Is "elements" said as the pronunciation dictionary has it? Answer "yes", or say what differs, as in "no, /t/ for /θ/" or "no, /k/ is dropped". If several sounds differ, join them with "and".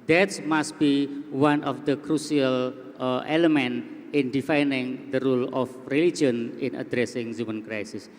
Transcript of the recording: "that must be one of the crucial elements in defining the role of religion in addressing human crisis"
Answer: no, /s/ is dropped